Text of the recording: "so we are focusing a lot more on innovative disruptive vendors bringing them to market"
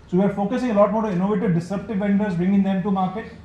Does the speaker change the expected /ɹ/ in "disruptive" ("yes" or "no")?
yes